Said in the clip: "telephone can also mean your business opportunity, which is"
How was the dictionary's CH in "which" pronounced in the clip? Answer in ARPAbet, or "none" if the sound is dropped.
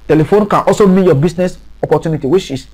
SH